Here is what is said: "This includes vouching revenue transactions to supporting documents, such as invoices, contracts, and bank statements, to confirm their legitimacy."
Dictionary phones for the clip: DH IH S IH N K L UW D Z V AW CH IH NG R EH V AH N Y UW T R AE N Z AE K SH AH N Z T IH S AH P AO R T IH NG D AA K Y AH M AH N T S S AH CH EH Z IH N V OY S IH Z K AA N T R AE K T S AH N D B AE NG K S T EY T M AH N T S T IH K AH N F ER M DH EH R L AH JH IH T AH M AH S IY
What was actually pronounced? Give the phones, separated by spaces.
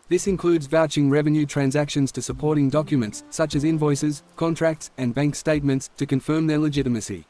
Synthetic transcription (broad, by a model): DH IH S IH N K L UW D Z V AW CH IH NG R EH V AH N Y UW T R AE N Z AE K SH AH N Z T IH S AH P AO R T IH NG D AA K Y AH M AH N T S S AH CH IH Z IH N V OY S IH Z K AA N T R AE K T S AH N B AE NG K S T EY T M AH N T S T IH K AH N F ER M DH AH R L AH JH IH T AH M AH S IY